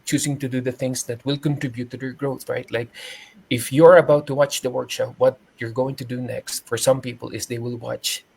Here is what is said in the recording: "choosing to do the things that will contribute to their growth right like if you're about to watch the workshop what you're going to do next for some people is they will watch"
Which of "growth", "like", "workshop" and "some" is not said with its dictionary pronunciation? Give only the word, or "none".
none